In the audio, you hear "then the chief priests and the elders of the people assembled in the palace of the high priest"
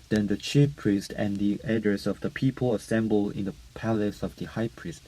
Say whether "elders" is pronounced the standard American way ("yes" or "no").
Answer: no